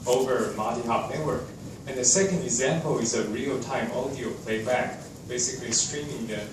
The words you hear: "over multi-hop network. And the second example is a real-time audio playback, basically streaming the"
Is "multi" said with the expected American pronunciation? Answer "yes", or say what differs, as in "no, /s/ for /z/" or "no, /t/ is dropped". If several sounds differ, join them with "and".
no, /l/ is dropped